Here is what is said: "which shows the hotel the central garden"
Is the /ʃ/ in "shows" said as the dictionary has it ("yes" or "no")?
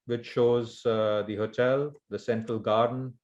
yes